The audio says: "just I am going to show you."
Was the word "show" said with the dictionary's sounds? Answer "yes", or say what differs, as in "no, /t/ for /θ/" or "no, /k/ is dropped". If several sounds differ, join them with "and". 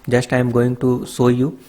no, /s/ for /ʃ/